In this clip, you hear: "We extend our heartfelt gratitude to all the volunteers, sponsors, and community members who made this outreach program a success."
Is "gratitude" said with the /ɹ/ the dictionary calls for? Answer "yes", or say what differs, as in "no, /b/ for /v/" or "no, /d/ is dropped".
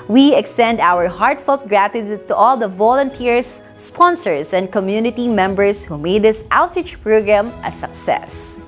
yes